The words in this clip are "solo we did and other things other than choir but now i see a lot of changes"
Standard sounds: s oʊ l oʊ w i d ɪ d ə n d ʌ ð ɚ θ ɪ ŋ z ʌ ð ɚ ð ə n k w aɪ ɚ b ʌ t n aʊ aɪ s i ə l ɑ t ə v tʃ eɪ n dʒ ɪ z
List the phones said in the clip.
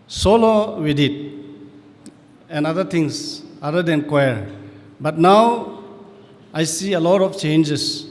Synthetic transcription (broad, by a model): s oʊ l oʊ w i d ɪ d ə n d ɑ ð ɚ t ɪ ŋ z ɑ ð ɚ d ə n k w aɪ ɚ b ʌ t n aʊ aɪ s i ə l ɑ t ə f tʃ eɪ n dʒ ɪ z